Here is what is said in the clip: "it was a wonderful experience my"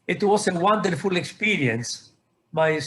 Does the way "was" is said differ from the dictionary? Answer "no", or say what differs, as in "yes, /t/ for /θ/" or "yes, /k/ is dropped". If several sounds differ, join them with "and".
yes, /s/ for /z/